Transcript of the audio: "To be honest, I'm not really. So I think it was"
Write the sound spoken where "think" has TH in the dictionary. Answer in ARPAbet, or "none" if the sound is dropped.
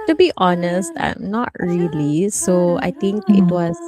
T